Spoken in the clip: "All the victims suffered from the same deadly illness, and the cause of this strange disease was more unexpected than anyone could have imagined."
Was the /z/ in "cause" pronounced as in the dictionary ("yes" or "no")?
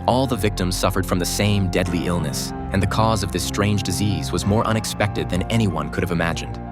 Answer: yes